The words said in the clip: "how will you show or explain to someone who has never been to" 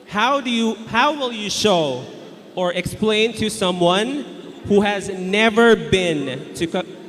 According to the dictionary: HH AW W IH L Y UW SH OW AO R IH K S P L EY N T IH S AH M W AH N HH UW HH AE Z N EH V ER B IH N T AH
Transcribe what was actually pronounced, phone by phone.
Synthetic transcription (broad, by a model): HH AW W IH L Y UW SH OW AO R IH K S P L EY N T IH S AH M W AH N HH UW HH AE Z N EH V ER B IH N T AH